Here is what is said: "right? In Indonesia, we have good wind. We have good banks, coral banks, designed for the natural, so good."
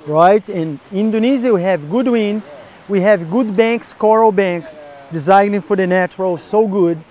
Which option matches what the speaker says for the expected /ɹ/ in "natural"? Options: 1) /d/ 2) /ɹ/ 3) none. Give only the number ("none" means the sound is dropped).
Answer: 2